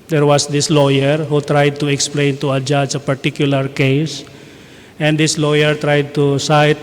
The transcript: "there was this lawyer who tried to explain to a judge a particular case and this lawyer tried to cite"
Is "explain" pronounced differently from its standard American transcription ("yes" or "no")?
no